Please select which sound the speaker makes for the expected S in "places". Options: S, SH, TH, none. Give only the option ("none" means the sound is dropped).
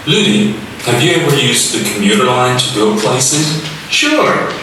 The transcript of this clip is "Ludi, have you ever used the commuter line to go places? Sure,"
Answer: S